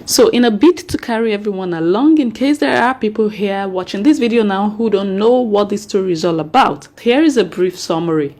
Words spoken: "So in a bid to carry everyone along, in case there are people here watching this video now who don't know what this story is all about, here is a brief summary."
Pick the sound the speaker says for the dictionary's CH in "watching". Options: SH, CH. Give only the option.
CH